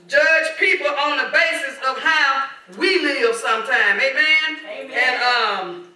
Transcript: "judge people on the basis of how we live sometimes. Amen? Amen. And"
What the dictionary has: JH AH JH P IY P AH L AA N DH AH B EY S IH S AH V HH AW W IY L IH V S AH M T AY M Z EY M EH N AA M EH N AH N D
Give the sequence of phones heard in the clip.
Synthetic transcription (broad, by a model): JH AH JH P IY P L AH N DH AH B EY S IH S AH V HH AW W IY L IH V S AH M T AY M EY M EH N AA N AH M